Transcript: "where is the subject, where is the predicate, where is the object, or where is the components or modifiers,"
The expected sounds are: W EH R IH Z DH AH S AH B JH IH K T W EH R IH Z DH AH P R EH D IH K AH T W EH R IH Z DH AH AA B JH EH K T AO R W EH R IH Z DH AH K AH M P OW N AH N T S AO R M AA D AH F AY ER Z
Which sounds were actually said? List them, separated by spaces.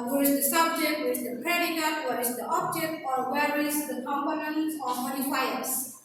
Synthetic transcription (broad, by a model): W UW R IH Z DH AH S AH B JH IH K T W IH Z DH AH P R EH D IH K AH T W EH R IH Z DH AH AA B JH EH K T AO R W EH R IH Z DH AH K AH M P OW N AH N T AO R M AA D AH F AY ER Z